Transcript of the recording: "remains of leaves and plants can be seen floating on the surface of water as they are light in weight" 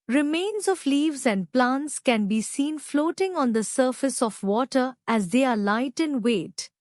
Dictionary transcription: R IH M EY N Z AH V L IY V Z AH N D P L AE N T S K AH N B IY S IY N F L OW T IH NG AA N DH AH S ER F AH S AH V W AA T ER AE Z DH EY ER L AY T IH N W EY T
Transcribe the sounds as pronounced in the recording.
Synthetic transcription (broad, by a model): R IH M EY N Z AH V L IY V Z AH N D P L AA N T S K AH N B IY S IY N F L OW T IH NG AA N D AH S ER F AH S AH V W AA T ER AE Z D EY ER L AY T IH N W EY T